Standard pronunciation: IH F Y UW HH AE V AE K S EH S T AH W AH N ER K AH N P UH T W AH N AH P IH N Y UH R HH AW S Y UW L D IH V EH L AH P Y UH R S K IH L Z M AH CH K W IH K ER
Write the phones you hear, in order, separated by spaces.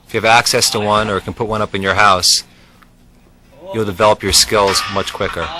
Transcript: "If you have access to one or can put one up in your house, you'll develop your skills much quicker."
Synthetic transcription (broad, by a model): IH F Y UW V AE K S EH S T AH W AH N ER K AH N P UH T W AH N AH P IH N Y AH R HH AW S Y UW L D IH V EH L AH P Y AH R S K IH L Z M AH CH K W IH K ER